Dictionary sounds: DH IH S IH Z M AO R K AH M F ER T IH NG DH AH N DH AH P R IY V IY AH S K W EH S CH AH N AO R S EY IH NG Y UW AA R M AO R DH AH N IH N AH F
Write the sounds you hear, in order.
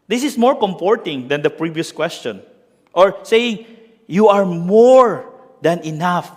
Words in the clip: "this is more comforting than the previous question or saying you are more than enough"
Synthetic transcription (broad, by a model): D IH S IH S M AO R K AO M P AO T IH NG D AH N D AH P R IY V IY AH S K W EH S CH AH N AO R S EY IH NG Y UW AA R M AO R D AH N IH N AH F